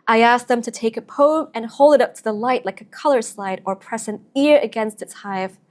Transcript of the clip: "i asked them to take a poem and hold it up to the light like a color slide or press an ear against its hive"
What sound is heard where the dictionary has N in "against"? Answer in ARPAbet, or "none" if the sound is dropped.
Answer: N